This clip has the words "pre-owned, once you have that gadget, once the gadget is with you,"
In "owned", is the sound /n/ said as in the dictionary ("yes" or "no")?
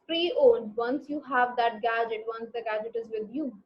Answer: no